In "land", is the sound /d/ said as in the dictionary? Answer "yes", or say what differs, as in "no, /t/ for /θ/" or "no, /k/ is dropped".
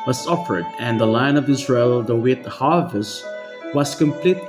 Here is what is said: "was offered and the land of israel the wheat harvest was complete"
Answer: no, /d/ is dropped